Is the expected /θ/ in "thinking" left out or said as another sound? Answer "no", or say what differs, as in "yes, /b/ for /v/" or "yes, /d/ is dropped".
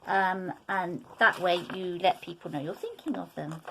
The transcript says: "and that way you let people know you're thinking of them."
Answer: no